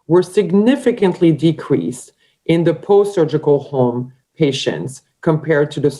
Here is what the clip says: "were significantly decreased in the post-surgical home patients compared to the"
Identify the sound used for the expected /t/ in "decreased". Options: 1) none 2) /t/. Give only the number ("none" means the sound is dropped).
2